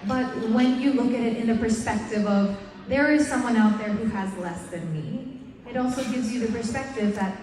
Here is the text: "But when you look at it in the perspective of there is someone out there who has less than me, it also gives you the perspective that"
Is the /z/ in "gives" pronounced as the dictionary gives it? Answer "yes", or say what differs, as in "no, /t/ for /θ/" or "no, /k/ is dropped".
yes